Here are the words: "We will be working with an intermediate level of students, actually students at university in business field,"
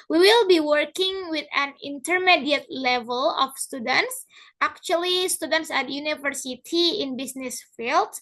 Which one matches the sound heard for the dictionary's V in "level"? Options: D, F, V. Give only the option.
V